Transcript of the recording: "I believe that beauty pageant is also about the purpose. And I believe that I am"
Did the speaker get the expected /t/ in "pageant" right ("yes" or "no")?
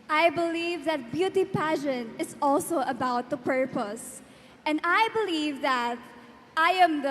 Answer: no